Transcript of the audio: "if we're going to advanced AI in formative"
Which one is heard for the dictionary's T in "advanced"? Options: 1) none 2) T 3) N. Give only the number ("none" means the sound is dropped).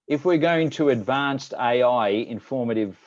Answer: 2